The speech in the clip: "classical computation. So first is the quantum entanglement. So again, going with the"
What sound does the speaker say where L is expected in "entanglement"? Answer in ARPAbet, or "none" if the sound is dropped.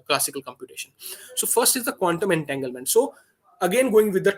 L